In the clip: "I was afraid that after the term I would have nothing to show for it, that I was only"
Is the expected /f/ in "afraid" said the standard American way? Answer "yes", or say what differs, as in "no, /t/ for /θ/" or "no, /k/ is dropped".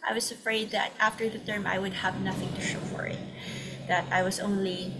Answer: yes